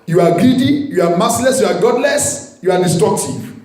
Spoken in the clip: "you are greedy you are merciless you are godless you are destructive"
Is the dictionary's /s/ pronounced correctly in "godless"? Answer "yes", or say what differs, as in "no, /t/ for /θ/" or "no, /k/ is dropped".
yes